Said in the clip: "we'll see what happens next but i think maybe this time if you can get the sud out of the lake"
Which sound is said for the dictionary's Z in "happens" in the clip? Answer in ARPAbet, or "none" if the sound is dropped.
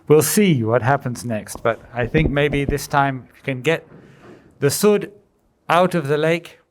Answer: Z